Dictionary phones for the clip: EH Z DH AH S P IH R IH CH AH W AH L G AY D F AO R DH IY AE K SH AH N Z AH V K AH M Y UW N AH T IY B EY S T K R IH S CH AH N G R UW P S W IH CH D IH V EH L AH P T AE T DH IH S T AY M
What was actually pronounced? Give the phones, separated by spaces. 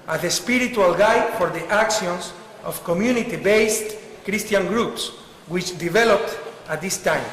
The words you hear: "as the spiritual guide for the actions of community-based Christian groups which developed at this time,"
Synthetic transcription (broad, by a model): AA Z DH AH S P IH R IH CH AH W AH L G AY D F AO R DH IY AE K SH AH N S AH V K AH M Y UW N AH T IY B EY S T K R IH S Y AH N G R UW P S W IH CH D IH V EH L AH P T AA T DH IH S T AY M